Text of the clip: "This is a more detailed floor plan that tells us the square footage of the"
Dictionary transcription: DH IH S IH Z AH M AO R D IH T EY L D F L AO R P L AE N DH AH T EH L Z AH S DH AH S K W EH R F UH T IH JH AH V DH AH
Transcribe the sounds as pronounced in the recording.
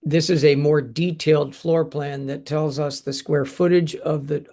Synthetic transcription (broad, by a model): DH IH S IH Z AH M AO R D IH T EY L D F L AO R P L AE N DH AH T EH L Z AH S DH AH S K W EH R F UH T IH JH AH V DH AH